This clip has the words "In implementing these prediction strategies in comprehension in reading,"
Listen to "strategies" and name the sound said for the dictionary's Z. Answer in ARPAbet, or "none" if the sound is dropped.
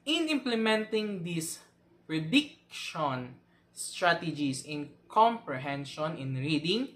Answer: S